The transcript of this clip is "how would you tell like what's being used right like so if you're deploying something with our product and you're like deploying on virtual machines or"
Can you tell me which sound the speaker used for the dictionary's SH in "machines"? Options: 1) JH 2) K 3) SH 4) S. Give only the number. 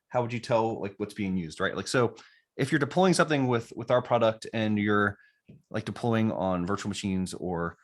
3